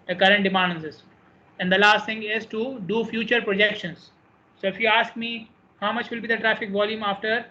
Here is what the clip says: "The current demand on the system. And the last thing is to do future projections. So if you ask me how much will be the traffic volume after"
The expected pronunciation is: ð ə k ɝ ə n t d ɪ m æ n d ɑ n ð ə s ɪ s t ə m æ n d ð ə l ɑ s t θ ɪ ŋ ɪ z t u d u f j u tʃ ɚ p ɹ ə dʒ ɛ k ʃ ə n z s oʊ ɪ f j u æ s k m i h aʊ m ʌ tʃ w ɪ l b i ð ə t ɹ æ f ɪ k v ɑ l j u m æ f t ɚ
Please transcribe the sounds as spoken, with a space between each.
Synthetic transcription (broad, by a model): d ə k ɝ ə n t d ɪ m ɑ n d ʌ n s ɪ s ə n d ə l ɑ s t t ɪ ŋ ɪ z t u d u f j u tʃ ɚ p ɹ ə dʒ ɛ k ʃ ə n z s oʊ ɪ f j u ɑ s k m i h aʊ m ʌ tʃ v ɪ l b i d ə t ɹ æ f ɪ k v ɑ l j u m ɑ f t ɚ